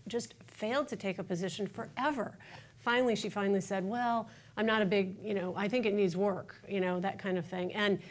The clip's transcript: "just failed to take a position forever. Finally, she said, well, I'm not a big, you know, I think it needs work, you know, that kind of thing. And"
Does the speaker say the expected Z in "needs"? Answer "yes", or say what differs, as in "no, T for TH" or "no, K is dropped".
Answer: yes